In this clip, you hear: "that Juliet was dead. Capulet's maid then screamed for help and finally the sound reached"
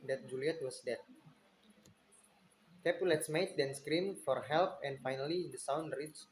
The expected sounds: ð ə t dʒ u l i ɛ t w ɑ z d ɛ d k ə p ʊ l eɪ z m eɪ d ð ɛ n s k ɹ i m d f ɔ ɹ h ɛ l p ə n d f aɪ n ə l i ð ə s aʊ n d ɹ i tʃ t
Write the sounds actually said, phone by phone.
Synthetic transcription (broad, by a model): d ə t dʒ u l i ɛ t w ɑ s d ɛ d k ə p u l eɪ s m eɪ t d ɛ n s k ɹ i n f ɔ ɹ h ɛ l p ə n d f aɪ n ə l i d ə s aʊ n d ɹ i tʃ